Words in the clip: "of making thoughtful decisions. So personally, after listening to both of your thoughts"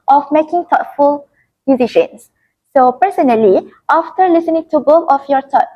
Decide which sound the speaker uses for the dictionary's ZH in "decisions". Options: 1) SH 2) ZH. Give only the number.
1